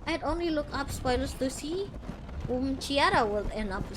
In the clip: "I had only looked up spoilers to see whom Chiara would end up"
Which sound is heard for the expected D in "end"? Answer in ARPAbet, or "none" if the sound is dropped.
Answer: none